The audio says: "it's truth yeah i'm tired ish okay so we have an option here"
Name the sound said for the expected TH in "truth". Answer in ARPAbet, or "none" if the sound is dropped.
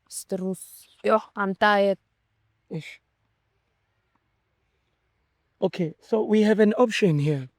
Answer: S